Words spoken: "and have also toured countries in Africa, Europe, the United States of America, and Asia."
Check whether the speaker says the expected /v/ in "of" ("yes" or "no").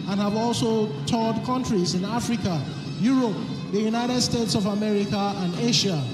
yes